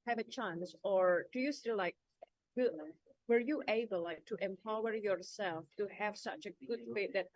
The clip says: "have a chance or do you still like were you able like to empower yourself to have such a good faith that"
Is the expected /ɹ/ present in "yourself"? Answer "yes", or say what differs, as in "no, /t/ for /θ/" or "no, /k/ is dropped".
yes